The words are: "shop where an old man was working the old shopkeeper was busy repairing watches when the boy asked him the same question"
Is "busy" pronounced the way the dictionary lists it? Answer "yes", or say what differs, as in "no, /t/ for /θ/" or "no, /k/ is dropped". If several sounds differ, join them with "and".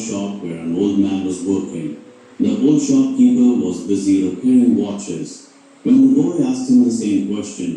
yes